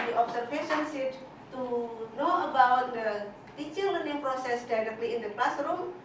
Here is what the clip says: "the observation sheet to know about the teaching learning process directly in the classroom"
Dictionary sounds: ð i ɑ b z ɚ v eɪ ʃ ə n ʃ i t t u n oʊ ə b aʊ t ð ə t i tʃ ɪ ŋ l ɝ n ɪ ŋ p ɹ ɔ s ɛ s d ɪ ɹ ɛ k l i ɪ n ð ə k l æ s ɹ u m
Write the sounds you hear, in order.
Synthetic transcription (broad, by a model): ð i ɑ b s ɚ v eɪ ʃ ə n s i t t u n oʊ ə b aʊ t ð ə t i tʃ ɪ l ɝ n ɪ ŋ p ɹ ɔ s ɛ s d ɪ ɹ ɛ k l i ɪ n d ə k l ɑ s ɹ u m